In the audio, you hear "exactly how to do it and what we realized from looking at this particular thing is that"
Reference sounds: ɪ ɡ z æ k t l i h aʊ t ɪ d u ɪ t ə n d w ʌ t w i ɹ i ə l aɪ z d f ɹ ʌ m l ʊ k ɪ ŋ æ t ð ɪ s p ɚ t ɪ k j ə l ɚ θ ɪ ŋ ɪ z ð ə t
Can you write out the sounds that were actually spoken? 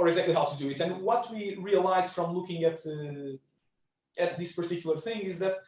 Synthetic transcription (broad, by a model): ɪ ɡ z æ k t l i h aʊ t ɪ d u ɪ t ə n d w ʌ t w i ɹ i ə l aɪ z f ɹ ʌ m l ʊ k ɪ ŋ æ t ð ɪ s p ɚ t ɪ k j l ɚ θ ɪ ŋ ɪ z ð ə t